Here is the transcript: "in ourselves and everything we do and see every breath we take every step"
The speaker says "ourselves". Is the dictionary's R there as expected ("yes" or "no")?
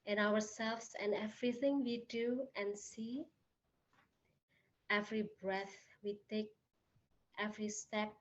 no